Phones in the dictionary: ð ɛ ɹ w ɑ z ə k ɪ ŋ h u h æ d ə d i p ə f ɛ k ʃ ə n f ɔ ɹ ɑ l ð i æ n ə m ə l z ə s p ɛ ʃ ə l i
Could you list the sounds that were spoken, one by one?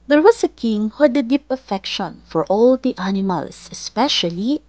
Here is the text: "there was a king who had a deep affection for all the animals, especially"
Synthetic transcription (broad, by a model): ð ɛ ɹ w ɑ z ə k ɪ ŋ h u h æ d ə d i p ə f ɛ k ʃ ə n f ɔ ɹ ɑ l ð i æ n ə m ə l s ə s p ɛ ʃ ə l i